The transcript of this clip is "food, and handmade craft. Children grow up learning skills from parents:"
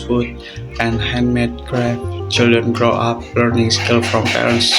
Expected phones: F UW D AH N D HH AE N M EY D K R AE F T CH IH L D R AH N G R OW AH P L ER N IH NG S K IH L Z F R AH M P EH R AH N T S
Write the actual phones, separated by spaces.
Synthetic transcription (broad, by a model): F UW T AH N HH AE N M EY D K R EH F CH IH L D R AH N G R OW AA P L ER N IH NG S K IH L F R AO M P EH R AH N S